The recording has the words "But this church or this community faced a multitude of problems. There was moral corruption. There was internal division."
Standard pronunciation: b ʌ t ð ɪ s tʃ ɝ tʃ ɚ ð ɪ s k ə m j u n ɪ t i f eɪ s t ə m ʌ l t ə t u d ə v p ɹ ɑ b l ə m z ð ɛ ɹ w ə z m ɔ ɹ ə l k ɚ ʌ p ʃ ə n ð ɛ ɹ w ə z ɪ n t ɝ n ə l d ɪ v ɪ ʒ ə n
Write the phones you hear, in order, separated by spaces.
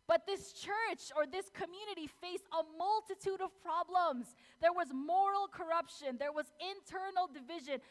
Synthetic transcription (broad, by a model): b ʌ t ð ɪ s tʃ ɝ tʃ ɚ ð ɪ s k ə m j u n ɪ t i f eɪ s ə m ʌ l t ə t u d ə v p ɹ ɑ b l ə m z ð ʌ ɹ w ə z m ɔ ɹ l k ɚ ʌ p ʃ ə n ð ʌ ɹ w ə z ɪ n t ɝ n l d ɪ v ɪ ʒ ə n